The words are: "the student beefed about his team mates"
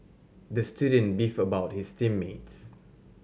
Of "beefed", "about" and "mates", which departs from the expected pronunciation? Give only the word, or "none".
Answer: beefed